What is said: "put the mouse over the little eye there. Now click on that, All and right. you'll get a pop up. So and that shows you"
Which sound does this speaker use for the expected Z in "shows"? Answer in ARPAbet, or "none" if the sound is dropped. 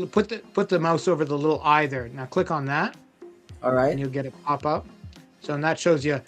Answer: Z